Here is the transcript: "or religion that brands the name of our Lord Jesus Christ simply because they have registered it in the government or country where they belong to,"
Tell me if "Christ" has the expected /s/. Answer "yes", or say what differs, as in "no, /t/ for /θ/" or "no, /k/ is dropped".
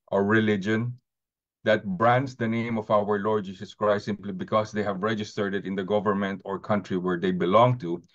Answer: no, /s/ is dropped